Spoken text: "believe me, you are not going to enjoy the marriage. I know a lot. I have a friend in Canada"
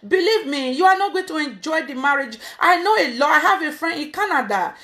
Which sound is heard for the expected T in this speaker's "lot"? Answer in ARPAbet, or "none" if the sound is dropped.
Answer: none